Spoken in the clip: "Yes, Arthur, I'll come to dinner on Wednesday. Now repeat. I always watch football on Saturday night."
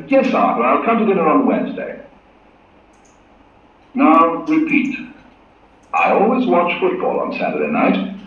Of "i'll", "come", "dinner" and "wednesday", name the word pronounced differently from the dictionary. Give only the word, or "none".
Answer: none